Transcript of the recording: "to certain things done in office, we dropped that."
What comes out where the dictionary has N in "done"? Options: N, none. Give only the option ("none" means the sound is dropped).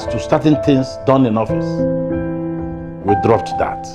N